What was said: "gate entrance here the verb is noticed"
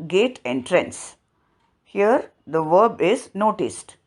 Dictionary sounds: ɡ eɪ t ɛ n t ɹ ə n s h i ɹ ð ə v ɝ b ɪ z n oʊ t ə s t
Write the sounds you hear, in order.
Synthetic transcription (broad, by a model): ɡ eɪ t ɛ n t ɹ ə n s h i ɹ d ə v ɝ b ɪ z n oʊ t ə s t